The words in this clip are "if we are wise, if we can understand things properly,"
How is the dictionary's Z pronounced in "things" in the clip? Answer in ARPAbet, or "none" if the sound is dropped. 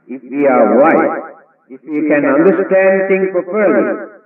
none